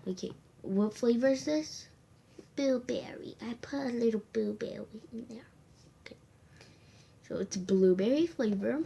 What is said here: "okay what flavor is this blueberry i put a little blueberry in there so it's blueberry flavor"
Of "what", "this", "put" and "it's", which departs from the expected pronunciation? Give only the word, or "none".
none